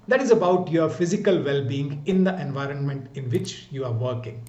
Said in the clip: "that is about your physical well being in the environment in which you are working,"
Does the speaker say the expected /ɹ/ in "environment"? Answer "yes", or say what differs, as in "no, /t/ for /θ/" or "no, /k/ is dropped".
yes